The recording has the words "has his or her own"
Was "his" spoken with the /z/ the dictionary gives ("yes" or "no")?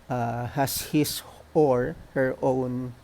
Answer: no